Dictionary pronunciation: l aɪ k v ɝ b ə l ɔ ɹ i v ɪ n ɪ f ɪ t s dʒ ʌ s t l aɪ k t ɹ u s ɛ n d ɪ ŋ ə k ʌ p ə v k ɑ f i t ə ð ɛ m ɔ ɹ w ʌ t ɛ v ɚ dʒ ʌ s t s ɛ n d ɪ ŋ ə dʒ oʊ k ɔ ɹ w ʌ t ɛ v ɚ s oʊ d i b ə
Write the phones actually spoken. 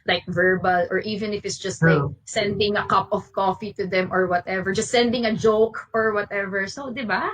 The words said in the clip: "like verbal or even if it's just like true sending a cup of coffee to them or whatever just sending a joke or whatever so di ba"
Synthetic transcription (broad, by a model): l aɪ k v ɝ b ə l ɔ ɹ i v ɪ n ɪ f ɪ t s dʒ ʌ s t l aɪ k s ɛ n d ɪ ŋ ə k ʌ p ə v k ɑ f i t ə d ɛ m ɔ ɹ w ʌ t ɛ v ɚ dʒ ʌ s t s ɛ n d ɪ ŋ ə dʒ oʊ k ɔ ɹ w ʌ t ɛ v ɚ s oʊ d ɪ b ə